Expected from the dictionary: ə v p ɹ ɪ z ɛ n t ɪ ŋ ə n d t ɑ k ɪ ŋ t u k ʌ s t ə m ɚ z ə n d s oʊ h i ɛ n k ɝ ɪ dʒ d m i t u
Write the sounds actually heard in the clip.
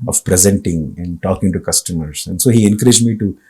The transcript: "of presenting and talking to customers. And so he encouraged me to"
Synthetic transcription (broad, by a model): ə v p ɹ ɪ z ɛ n t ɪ ŋ ə n d t ɑ k ɪ ŋ t u k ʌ s t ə m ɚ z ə n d s oʊ h i ɛ n k ɝ ɪ dʒ d m i t u